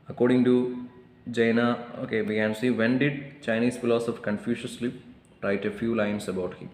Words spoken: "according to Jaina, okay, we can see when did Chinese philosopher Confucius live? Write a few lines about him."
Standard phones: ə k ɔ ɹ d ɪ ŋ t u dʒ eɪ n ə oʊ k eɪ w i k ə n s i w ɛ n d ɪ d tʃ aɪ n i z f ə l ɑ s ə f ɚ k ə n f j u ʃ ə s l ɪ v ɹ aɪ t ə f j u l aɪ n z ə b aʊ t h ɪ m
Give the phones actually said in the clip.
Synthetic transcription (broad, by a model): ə k ɔ ɹ d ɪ ŋ t u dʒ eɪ n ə oʊ k eɪ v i k ə n s i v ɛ n d ɪ d tʃ aɪ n i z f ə l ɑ s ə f k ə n f j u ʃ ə s l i p ɹ aɪ t ə f j u l aɪ n s ə b aʊ t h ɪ m